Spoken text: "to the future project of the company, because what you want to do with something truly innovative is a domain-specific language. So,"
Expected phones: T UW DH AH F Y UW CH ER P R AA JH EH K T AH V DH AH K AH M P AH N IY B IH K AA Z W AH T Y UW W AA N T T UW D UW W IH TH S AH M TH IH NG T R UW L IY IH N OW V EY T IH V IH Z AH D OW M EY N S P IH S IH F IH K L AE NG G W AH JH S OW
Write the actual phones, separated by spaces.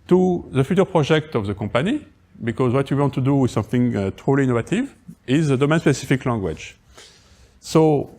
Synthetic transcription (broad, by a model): T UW DH AH F Y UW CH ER P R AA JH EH K T AH V DH AH K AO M P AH N IY B IH K AA Z W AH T Y UW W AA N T T UW D UW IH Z S AH M TH IH NG T R UW L IY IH N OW V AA T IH V IH Z AH D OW M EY N S P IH S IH F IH K L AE NG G W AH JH S OW